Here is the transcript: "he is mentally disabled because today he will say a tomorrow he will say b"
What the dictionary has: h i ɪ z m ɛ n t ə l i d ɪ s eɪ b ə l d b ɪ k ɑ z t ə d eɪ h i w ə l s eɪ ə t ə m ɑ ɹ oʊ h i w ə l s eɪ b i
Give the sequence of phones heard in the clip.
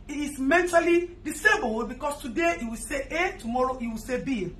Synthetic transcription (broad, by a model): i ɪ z m ɛ n t ə l i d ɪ s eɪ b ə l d b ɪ k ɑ s t ə d eɪ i w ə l s eɪ ə t ə m ɑ ɹ oʊ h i w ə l s eɪ b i